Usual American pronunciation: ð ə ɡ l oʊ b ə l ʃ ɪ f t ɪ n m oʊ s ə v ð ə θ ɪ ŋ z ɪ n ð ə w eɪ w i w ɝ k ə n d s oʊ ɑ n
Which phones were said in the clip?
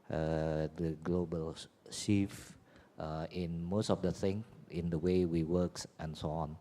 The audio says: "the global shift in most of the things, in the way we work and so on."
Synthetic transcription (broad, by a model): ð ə ɡ l oʊ b ə l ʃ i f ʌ ɪ n m oʊ s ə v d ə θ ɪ ŋ ɪ n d ə w eɪ w i w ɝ k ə n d s oʊ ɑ n